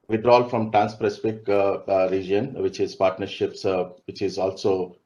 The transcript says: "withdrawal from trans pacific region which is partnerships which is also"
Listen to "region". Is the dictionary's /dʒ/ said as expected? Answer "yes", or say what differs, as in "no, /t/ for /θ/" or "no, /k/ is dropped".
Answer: yes